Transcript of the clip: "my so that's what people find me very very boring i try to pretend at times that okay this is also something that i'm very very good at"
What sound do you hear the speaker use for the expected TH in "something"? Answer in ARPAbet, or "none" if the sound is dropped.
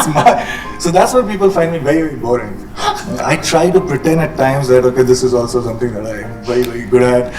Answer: T